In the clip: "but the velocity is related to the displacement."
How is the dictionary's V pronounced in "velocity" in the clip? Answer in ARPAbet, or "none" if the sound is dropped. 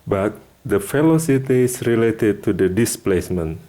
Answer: F